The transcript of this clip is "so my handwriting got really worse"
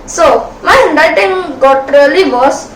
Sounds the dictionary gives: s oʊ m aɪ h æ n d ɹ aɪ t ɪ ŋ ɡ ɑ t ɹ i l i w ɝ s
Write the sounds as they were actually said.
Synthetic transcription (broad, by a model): s oʊ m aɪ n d aɪ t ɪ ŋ ɡ ɑ t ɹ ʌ l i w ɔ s